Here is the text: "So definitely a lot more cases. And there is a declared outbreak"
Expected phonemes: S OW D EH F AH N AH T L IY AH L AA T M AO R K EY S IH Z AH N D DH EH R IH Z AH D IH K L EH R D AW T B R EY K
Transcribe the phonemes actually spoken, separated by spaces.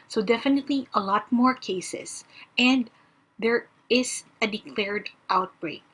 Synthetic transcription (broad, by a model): S OW D EH F AH N AH T L IY AH L AA T M AO R K EY S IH S AH N D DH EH R IH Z AH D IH K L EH R D AW T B R EY K